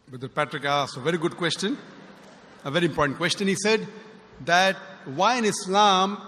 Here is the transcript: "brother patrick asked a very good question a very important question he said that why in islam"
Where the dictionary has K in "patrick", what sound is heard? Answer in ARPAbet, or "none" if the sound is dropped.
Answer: K